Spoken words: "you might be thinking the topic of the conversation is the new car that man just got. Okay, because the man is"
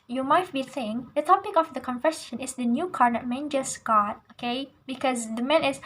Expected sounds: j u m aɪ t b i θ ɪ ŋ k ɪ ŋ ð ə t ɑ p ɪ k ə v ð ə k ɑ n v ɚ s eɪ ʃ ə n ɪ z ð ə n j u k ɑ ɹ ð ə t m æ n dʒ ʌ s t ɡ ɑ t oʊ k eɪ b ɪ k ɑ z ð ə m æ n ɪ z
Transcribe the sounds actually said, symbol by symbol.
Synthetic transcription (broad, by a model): j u m aɪ t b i s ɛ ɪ ŋ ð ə t ɑ p ɪ k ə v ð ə k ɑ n f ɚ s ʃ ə n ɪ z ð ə n j u k ɑ ɹ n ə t m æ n dʒ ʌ s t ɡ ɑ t oʊ k eɪ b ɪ k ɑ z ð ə m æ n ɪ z